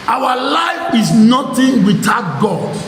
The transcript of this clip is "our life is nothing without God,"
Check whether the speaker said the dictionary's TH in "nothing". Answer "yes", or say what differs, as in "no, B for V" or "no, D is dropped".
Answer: no, T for TH